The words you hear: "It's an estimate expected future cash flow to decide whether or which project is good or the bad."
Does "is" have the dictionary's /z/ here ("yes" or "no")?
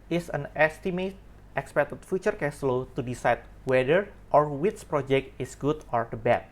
no